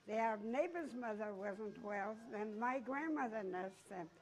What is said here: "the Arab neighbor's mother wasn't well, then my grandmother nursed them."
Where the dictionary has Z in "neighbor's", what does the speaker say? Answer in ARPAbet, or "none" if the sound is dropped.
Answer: Z